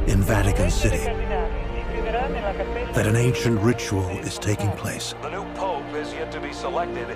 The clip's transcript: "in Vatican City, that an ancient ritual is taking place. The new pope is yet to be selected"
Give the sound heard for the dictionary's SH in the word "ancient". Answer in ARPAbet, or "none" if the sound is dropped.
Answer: SH